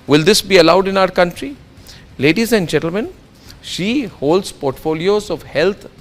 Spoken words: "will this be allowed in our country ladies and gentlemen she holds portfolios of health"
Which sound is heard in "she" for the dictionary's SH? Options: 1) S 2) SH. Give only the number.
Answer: 2